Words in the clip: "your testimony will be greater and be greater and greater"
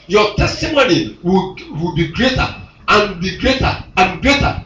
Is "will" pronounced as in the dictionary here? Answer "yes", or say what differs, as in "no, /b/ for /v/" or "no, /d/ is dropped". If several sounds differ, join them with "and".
no, /w/ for /l/